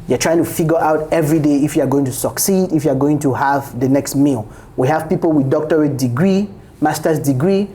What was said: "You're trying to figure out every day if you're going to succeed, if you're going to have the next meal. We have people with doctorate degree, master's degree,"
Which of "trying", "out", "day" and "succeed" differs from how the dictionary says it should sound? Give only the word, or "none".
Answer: none